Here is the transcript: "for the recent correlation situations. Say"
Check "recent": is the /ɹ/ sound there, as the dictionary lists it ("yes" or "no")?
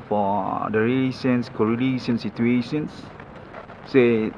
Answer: no